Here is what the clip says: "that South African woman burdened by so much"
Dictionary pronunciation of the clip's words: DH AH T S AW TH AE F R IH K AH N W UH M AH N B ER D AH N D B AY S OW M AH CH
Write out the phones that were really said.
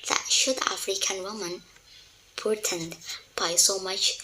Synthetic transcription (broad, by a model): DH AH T SH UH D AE F R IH K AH N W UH M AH N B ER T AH N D B AY S OW M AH CH